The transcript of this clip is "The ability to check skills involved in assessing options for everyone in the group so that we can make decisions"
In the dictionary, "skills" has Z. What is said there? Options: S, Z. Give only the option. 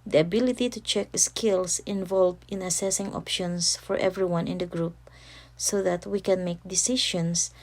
S